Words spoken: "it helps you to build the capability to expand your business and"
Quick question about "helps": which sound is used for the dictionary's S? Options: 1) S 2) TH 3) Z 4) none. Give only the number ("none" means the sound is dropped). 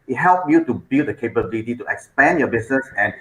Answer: 4